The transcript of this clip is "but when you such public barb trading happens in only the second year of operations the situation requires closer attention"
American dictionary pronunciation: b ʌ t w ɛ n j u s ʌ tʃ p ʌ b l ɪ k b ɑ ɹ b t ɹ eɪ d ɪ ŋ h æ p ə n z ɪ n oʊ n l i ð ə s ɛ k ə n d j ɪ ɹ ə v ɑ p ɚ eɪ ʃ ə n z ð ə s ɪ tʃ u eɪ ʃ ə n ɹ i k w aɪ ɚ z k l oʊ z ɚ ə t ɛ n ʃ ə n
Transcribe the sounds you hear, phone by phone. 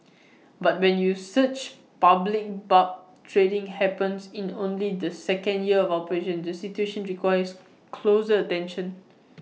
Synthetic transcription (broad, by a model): b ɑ t w ɛ n j u s ʌ tʃ p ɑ b l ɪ k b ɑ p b t ɹ eɪ d ɪ ŋ h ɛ p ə n s ɪ n oʊ n l i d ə s ɛ k ə n d j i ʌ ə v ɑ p ɚ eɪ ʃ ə n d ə s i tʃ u eɪ ʃ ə n ɹ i k w aɪ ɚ s k l oʊ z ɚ ə t ɛ n ʃ ə n